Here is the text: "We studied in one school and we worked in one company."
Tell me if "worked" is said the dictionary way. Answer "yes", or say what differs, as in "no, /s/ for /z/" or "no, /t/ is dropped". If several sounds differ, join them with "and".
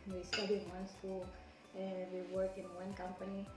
no, /t/ is dropped